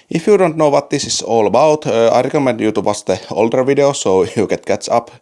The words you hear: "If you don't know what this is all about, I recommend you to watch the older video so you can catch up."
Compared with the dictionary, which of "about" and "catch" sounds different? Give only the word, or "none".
catch